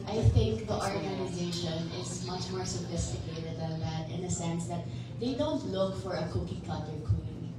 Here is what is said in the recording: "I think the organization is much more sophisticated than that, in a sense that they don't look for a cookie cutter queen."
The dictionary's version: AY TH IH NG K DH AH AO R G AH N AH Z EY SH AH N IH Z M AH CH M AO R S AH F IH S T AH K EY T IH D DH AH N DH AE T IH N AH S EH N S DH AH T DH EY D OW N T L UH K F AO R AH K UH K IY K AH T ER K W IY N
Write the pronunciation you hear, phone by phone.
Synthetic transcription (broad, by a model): AY TH IH NG K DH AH AO R G AH N AH Z EY SH AH N IH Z M AH CH M AO R S AH F IH S T AH K EY T IH D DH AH N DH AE T IH N AH S EH N S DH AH T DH EY D OW N T L UH K F AO R AH K UH K IY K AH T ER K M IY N